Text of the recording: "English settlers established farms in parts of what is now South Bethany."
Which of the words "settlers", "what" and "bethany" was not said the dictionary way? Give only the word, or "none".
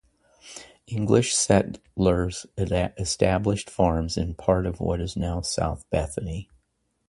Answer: none